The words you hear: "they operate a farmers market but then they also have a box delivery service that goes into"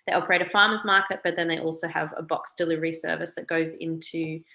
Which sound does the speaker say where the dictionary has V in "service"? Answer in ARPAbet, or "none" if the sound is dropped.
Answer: V